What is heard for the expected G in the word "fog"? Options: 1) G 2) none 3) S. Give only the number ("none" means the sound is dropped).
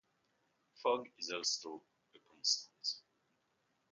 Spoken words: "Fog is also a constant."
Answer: 1